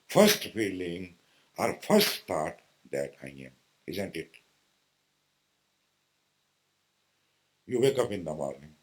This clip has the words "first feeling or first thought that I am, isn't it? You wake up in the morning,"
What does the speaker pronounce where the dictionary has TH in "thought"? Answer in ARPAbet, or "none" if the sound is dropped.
T